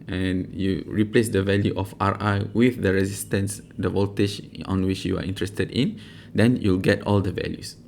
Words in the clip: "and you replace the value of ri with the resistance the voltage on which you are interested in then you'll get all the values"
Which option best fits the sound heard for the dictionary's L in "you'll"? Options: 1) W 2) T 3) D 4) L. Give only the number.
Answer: 4